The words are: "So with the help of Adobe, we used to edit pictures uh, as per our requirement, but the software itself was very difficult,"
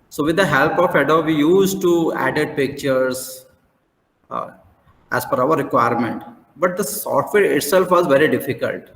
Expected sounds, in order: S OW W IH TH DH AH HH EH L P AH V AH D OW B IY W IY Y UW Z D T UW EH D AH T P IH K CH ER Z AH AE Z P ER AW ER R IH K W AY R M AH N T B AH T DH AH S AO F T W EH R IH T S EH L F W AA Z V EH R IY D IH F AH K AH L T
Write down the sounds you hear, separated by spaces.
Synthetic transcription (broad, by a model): S OW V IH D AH HH EH L P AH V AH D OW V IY IY Y UW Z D T UW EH D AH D P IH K CH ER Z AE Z F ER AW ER R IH K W AY R M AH N T B AH T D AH S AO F T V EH R IH T S EH L F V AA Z V EH R IY D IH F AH K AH L T